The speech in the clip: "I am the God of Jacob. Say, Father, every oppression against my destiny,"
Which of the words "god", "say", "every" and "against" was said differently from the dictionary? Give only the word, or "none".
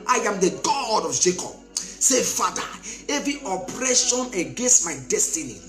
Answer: every